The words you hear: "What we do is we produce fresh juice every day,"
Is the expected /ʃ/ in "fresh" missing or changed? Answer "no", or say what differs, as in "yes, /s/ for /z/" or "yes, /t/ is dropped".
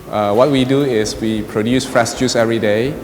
yes, /s/ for /ʃ/